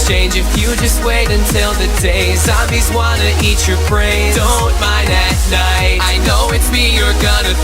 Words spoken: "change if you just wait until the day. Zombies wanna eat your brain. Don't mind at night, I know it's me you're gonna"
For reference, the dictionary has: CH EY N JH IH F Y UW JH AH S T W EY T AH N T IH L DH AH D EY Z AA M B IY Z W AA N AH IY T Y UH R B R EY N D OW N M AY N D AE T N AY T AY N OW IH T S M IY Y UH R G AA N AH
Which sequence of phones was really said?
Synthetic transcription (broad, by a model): CH EY N JH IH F Y UW JH AH S T W EY T AH N T IH L DH AH D EY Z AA B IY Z W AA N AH IY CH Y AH R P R EY D OW N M AY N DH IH T N AY T AY N OW IH T S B IY Y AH R G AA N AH